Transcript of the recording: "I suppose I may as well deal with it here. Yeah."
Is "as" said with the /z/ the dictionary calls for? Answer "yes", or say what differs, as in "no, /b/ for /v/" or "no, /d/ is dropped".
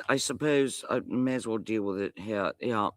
yes